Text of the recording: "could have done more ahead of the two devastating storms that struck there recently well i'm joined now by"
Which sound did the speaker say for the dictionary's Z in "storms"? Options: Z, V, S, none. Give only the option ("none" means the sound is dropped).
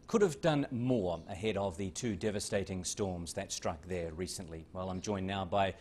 Z